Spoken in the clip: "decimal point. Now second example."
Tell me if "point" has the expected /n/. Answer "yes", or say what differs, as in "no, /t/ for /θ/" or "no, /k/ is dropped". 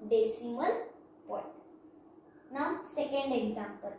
no, /n/ is dropped